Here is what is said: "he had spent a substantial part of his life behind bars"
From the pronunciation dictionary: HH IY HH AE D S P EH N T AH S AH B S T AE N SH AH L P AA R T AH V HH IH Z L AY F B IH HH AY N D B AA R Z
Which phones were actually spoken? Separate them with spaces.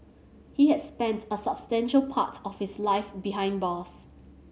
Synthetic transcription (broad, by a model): HH IY HH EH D S P EH N T AH S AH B S T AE N SH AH L P AA T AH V HH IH S L AY F B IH HH AY N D B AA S